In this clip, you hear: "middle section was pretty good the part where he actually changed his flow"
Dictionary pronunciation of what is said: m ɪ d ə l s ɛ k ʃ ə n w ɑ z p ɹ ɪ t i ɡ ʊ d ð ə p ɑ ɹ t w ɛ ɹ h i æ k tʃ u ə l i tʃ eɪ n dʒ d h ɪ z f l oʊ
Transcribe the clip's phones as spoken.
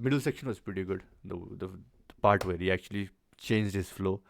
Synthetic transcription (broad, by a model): m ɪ d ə l s ɛ k ʃ ə n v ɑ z p ɹ ɪ t i ɡ ʊ d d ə p ɑ ɹ t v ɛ ɹ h i æ k tʃ u ə l i tʃ eɪ n dʒ d h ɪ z f l oʊ